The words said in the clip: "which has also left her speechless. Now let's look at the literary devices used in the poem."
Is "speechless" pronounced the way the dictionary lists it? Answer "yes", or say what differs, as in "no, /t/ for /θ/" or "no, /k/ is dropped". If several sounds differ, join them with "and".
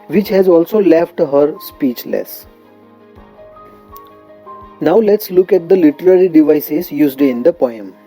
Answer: yes